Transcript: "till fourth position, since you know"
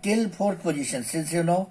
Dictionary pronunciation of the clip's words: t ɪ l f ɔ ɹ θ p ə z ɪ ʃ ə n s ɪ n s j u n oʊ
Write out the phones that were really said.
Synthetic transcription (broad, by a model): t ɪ l p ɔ ɹ t p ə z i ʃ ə n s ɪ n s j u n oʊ